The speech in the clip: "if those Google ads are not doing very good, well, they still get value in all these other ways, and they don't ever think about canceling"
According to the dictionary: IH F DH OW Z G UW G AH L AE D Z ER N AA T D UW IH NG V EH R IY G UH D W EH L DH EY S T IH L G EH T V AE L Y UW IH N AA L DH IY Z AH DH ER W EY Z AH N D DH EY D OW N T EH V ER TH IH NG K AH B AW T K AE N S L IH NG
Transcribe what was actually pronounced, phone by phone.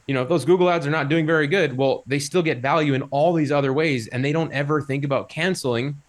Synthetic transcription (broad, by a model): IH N DH OW Z G UW G L AE D Z ER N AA T D UW IH NG V EH R IY G UH D W EH L DH EY S T IH L G EH T V AE L Y UW IH N AA L DH IY Z AH DH ER W EY Z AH N DH EY D OW N T EH V ER TH IH NG K AH B AW T K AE N S L IH NG